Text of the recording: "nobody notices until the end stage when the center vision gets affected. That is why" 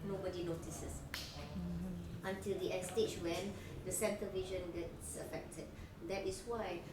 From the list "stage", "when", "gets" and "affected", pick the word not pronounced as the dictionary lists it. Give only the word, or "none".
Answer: stage